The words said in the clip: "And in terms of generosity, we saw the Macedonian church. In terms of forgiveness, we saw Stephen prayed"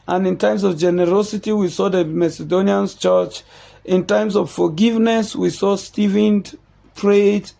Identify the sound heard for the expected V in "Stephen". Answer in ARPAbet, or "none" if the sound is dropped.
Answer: V